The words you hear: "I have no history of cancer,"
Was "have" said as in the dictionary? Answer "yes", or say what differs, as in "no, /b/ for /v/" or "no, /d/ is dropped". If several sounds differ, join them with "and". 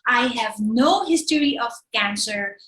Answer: yes